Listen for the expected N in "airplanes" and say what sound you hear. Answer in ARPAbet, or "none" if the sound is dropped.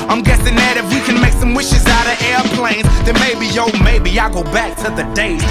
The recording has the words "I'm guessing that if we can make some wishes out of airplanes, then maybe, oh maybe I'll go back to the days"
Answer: N